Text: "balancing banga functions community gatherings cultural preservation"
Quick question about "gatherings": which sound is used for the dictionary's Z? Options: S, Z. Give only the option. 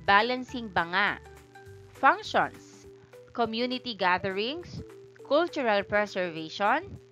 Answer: S